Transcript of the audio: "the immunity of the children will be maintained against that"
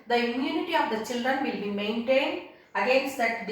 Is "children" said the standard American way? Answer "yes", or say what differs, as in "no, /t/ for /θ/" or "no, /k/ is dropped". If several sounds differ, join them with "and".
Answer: yes